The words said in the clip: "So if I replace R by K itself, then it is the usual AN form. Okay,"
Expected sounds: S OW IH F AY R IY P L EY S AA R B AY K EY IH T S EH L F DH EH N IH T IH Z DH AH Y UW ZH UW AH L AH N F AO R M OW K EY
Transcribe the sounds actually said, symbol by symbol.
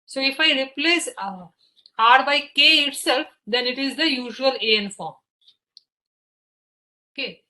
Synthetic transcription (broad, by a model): S OW IH F AY R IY P L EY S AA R B AY K EY IH T S EH L F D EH N IH T IH Z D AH Y UW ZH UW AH L AH N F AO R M OW K EY